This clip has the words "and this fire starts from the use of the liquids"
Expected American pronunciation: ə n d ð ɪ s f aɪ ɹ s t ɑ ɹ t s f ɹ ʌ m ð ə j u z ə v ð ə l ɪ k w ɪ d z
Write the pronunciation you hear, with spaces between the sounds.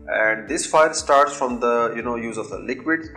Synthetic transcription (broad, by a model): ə n d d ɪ s f aɪ l s t ɑ ɹ t s f ɹ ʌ m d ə j u z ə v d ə l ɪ k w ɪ d